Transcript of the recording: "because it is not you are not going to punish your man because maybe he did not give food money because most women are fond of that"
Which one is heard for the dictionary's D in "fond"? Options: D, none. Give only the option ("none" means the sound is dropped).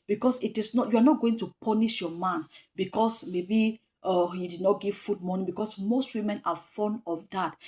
none